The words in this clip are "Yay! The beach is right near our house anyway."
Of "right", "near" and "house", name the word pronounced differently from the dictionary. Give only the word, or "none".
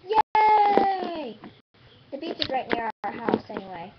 none